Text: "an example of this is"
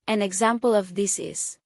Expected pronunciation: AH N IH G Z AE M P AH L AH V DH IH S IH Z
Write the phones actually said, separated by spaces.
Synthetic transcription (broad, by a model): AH N IH G Z AE M P AH L AH V DH IH S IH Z